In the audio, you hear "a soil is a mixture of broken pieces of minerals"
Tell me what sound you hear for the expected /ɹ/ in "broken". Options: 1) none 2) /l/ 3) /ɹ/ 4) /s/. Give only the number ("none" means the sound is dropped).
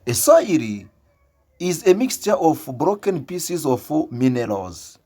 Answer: 3